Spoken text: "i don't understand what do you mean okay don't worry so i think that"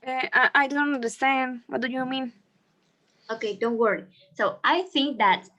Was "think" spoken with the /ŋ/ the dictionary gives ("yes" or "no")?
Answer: yes